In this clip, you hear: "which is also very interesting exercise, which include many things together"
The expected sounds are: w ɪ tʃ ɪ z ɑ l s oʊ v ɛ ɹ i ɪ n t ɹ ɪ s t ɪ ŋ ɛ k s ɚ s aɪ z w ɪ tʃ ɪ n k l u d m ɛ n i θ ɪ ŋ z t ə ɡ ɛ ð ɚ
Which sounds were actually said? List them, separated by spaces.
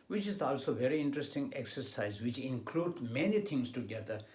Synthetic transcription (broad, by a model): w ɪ tʃ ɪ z ɑ l s oʊ v ɛ ɹ i ɪ n t ɹ ɪ s t ɪ ŋ ɛ k s ɚ s aɪ z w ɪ tʃ ɪ n k l u d m ɛ n i t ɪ ŋ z t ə ɡ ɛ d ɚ